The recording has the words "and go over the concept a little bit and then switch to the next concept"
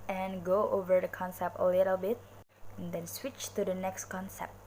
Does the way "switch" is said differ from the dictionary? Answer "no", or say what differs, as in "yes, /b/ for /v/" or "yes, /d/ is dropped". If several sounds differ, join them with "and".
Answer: no